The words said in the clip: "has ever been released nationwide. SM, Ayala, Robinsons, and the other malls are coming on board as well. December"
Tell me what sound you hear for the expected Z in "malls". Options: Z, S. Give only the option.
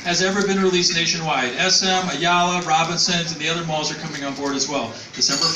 Z